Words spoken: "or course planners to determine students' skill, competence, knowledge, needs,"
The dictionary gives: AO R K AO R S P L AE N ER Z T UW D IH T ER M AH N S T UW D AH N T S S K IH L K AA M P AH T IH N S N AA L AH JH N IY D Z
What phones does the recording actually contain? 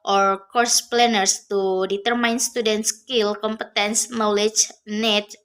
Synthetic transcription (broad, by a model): AO R K AO R S P L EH N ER S T UW D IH T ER M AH N S T UW D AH N T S S K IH L K AA M P AH T IH N S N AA L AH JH N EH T